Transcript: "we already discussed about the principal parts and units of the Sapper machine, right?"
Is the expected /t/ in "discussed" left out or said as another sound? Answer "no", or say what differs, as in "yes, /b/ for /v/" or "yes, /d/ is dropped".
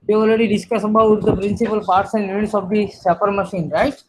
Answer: yes, /t/ is dropped